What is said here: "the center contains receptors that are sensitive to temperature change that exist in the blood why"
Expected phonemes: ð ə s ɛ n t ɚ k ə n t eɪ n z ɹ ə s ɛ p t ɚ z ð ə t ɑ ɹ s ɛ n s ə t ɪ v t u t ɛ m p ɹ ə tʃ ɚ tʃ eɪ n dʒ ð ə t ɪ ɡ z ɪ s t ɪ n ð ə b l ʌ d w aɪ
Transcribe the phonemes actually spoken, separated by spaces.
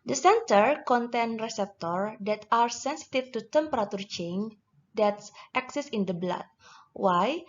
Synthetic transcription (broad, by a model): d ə s ɛ n t ɚ k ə n t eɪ n ɹ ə s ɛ p t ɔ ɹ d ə t ɑ ɹ s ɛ n s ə t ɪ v t u t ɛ m p ɹ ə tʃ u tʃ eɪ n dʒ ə t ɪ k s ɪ s ɪ n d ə b l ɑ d w aɪ